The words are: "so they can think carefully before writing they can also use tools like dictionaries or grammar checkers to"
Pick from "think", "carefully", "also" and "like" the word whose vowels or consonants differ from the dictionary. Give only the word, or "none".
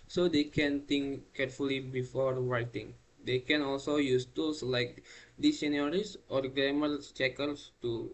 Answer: think